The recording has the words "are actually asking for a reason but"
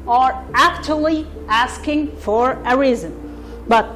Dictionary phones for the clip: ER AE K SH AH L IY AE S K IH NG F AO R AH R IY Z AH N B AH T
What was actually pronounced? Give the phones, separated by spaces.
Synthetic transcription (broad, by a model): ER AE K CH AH L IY AE S K IH NG F AO R AH R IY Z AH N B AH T